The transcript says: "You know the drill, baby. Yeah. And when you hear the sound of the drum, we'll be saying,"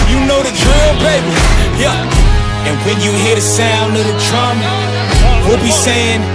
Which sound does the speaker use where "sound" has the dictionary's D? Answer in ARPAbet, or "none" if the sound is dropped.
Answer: none